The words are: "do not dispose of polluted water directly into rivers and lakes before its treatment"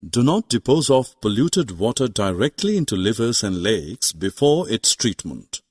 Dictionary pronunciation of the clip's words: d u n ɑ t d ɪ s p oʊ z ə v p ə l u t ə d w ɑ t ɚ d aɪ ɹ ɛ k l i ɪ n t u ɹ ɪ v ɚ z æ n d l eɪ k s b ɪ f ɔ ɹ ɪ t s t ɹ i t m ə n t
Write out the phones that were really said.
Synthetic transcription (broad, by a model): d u n ɑ t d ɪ p oʊ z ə f p ə l u t ə d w ɑ t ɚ d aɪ ɹ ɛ k l i ɪ n t u l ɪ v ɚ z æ n d l eɪ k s b ɪ f ɔ ɹ ɪ t s t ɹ i t m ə n t